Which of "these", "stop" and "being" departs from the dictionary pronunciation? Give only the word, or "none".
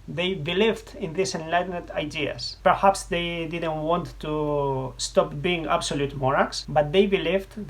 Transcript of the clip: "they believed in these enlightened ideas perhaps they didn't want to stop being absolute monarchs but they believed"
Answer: these